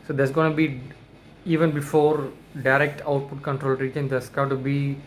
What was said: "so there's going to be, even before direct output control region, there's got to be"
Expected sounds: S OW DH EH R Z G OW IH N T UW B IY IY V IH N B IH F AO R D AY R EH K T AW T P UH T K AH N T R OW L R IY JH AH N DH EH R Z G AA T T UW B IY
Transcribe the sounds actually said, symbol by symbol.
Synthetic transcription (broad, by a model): S OW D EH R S G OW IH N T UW B IY IY V IH N B IH F AO R D AY R EH K T AW T P UH T K AH N T R OW L R IY JH AH N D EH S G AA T T UW B IY